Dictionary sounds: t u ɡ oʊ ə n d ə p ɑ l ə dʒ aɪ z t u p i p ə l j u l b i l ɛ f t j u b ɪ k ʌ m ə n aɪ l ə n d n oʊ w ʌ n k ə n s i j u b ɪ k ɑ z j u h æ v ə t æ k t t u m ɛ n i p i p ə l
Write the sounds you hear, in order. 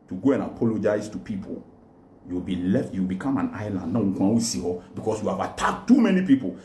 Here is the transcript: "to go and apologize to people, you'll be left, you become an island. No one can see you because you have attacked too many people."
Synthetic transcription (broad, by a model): t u ɡ oʊ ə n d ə p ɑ l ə dʒ aɪ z t u p i p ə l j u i b i l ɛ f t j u b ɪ k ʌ m ə n aɪ l ə n d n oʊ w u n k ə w s i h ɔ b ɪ k ɑ s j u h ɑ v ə t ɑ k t t u m ɛ n i p i p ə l